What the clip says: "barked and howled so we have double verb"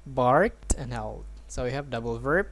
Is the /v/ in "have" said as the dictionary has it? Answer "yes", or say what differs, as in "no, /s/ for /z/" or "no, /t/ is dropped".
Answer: yes